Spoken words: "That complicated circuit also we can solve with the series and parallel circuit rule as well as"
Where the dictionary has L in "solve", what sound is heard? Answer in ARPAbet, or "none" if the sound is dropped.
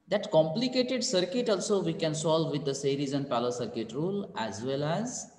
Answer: L